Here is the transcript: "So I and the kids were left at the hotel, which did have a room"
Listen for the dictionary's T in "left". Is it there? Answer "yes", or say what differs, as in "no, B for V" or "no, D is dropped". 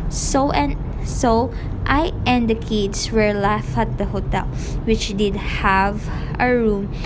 no, T is dropped